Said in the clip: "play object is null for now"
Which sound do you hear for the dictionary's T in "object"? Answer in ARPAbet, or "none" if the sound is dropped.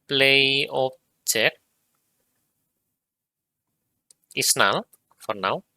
none